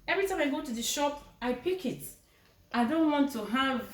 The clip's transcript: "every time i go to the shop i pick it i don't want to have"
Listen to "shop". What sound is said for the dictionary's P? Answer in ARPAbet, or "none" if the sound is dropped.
P